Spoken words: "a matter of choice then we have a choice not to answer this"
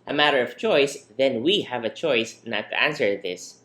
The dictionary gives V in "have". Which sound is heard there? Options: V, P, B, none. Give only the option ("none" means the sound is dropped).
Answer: V